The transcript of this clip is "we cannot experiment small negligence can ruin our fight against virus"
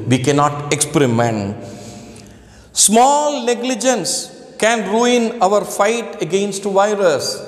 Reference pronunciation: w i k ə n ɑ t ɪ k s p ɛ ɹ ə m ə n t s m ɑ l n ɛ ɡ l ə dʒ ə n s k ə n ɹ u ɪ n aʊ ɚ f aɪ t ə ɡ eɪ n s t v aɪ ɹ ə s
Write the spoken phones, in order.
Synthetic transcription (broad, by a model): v i k ə n ɑ t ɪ k s p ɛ ɹ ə m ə n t s m ɑ l n ɛ ɡ l ə dʒ ə n s k ə n ɹ u ɪ n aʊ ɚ f aɪ t ə ɡ eɪ n s t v aɪ ɹ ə s